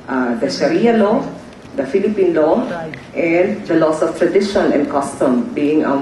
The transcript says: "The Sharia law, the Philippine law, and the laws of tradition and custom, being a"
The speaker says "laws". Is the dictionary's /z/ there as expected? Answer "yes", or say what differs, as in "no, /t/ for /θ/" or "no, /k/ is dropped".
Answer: no, /s/ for /z/